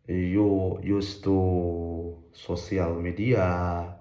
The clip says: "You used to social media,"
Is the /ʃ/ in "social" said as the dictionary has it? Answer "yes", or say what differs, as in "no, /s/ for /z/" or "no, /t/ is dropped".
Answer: no, /s/ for /ʃ/